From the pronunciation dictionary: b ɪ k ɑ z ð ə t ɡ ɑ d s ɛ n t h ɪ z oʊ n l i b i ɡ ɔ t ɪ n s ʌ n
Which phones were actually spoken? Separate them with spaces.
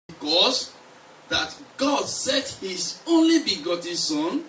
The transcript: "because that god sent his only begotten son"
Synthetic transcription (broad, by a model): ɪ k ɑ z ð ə t ɡ ɑ d s ɛ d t h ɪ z oʊ n l i b i ɡ ɔ t ɪ n s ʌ n